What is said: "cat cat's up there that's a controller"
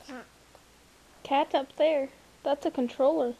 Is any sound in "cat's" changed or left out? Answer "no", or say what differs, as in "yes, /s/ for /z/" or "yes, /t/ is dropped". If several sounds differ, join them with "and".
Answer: yes, /s/ is dropped